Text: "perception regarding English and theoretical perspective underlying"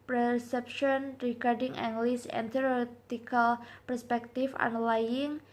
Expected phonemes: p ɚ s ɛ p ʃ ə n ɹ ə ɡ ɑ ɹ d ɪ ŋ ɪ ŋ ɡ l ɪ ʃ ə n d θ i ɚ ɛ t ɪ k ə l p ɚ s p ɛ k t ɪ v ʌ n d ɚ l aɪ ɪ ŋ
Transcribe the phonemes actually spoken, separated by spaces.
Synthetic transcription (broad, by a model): p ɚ s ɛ p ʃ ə n ɹ ə ɡ ɑ ɹ d ɪ ŋ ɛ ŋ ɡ l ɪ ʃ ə n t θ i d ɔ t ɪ k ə l p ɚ s p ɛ k t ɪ f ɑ n l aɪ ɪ ŋ